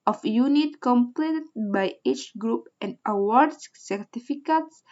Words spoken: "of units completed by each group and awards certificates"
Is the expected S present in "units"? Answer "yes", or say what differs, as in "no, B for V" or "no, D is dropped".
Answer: no, S is dropped